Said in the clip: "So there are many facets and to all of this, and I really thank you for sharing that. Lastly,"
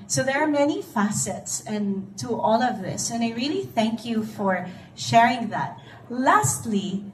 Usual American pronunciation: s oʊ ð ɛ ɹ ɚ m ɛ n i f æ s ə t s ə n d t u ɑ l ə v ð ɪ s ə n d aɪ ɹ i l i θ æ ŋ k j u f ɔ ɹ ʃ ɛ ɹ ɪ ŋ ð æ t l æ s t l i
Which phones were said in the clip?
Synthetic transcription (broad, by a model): s oʊ ð ɛ ɹ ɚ m ɛ n i f æ s ə t s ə n t u ɑ l ə v ð ɪ s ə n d aɪ ɹ i l i θ æ ŋ k j u f ɔ ɹ ʃ ɛ ɹ ɪ ŋ ð æ t l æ s t l i